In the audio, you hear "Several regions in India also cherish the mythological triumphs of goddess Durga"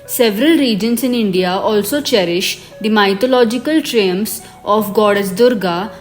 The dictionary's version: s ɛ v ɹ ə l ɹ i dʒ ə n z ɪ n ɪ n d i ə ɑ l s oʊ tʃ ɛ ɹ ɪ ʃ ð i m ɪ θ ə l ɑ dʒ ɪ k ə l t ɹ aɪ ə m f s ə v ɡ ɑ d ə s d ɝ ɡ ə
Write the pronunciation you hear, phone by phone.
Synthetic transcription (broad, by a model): s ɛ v ɹ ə l ɹ i dʒ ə n s ɪ n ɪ n d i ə ɑ l s oʊ tʃ ɛ ɹ ɪ ʃ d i m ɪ t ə l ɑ dʒ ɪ k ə l t ɹ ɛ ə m s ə f ɡ ɑ d ə s d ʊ ɡ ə